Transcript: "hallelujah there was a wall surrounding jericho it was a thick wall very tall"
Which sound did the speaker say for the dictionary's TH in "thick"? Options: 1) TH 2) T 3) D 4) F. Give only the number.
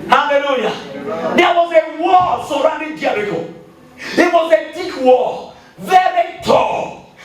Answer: 2